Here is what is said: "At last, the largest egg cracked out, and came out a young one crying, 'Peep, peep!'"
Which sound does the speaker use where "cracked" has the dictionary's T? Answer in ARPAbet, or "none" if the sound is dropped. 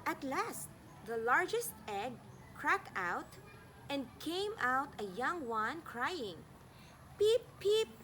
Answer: T